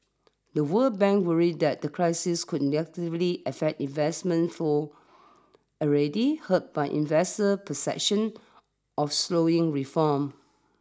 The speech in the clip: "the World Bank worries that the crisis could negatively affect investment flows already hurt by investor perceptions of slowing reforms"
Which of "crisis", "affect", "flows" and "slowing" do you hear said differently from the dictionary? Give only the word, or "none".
flows